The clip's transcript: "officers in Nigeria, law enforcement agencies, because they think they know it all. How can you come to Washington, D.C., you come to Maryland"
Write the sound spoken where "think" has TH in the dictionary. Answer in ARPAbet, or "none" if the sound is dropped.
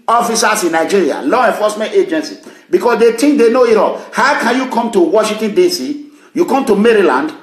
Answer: T